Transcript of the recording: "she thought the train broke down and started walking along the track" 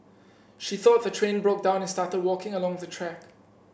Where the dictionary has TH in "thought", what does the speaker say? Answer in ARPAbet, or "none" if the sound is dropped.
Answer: TH